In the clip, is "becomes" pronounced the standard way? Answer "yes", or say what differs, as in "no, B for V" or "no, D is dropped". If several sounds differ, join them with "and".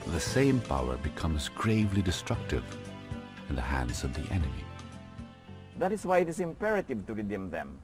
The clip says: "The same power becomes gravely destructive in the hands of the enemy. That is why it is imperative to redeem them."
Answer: yes